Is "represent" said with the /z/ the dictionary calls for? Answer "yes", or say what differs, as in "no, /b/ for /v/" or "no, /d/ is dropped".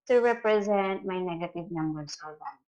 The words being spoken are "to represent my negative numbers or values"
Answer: yes